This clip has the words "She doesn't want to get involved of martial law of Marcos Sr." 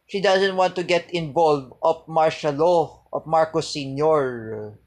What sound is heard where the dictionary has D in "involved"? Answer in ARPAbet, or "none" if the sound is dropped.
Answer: none